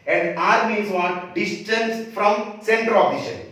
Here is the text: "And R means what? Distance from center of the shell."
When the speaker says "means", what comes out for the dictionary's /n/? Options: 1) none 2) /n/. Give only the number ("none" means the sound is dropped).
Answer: 1